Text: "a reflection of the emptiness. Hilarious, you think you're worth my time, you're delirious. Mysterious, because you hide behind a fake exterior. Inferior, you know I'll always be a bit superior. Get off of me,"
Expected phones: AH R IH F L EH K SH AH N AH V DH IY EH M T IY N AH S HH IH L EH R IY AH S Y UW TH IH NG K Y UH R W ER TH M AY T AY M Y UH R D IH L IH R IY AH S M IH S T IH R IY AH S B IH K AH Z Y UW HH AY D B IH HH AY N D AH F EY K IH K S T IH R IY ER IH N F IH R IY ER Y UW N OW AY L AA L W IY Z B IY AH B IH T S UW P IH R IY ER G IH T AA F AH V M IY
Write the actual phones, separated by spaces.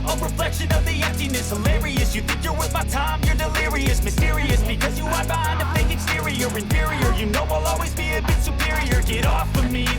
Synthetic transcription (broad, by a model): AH R IH F L EH K SH AH N AH V DH IY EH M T IY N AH S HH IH L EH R IY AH S Y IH TH IH NG K Y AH R W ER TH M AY T AY M Y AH R D IH L IH R IY AH S M IH S T IH R IY AH S B IH K AH Z Y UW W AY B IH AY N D AH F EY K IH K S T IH R IY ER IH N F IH R IY ER Y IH N OW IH L AA L W IY Z B IY AH B IH T S UW P IH R IY ER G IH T AA F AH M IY